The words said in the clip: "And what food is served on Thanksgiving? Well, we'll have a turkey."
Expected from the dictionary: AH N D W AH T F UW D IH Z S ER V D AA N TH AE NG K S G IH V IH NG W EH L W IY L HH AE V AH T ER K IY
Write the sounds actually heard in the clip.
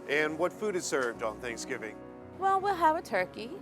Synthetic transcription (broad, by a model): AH N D W AH T F UW D IH Z S ER V D N TH AE NG K S G IH V IH NG W EH L W IY L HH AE V AH T ER K IY